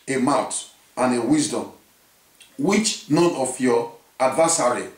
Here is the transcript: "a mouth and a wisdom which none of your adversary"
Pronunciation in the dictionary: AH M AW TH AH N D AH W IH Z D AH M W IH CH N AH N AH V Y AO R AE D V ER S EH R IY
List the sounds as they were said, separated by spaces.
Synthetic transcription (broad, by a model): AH M AW T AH N AH W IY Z D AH M W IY CH N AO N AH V Y AO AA D V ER S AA R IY